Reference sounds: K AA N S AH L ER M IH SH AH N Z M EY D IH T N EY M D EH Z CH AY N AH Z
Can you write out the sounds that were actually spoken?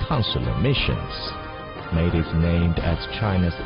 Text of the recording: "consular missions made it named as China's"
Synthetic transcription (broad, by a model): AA N S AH L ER M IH SH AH N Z M EY D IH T N EY M D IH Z CH AY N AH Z